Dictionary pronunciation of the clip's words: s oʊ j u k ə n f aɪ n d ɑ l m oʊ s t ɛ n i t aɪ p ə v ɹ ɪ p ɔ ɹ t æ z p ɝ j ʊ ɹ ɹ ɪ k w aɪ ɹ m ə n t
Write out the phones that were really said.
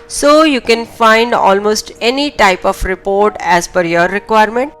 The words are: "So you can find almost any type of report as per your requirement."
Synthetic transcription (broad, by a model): s oʊ j u k ə n f aɪ n d ɑ l m oʊ s t ɛ n i t aɪ p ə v ɹ ɪ p ɔ ɹ t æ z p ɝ j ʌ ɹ ɹ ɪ k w aɪ ɹ m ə n t